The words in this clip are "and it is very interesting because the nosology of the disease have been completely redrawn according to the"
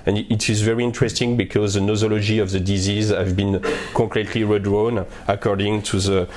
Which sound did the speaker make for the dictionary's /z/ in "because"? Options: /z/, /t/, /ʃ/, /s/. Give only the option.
/z/